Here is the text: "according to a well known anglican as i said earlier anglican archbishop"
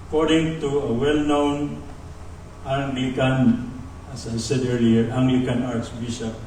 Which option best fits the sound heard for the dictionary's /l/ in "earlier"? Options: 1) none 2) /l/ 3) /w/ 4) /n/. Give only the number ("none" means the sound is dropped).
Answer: 1